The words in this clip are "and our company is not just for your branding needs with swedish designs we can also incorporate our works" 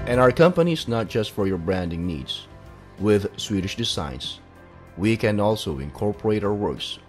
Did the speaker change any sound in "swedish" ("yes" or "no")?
no